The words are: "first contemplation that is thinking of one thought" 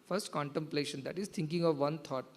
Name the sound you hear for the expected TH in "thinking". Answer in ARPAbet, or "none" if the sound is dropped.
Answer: T